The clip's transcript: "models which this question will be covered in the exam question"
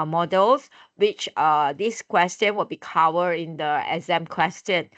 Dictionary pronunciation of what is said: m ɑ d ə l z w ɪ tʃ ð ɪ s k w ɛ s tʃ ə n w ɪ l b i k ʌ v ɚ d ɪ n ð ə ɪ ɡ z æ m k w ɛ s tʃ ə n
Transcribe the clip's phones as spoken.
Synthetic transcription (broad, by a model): m ɑ d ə l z w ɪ tʃ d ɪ s k w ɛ s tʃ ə n w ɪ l b i k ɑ w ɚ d ɪ n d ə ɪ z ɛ m k w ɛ s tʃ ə n